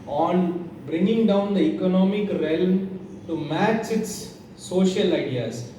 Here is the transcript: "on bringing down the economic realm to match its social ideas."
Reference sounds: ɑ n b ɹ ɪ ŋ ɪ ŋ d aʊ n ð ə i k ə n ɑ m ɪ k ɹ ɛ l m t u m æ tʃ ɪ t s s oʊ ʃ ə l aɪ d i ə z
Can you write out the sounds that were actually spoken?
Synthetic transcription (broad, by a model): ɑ n b ɹ ɪ ŋ ɪ ŋ d aʊ n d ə i k ə n ɑ m ɪ k ɹ ɛ l m t u m æ tʃ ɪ t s s oʊ ʃ ə l aɪ d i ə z